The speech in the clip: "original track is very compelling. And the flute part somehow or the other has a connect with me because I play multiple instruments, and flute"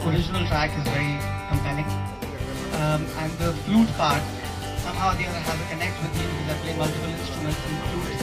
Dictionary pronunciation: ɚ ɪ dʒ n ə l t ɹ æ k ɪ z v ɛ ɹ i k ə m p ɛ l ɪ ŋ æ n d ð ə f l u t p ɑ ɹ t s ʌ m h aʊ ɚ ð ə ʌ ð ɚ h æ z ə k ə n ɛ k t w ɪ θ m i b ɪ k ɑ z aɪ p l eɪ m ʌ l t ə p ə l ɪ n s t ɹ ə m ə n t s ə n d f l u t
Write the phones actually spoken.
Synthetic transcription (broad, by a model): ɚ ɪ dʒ n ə l t ɹ æ k ɪ z v ɛ ɹ i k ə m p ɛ n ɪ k æ n d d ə f l u t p ɑ ɹ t s ʌ m h aʊ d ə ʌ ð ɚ h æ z ə k ə n ɛ k t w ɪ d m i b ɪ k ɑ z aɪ p l eɪ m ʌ l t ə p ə l ɪ n s t ɹ ə m ə n t s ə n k l u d